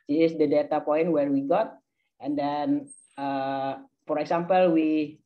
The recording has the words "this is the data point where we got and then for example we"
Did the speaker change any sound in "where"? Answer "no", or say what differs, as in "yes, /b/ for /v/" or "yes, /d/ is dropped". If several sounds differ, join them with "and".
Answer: no